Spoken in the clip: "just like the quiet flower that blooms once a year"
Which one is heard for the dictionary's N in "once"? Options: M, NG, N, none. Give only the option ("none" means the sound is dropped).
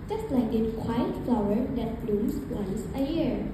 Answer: none